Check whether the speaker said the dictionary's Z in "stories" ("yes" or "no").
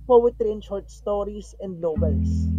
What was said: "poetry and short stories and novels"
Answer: no